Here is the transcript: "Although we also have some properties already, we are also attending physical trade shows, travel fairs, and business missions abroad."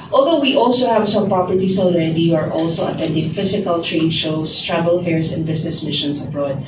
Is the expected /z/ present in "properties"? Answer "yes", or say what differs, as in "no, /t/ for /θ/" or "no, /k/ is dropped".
no, /s/ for /z/